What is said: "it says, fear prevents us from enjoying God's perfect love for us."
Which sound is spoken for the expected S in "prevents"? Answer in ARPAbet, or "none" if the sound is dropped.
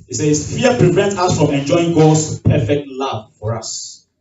none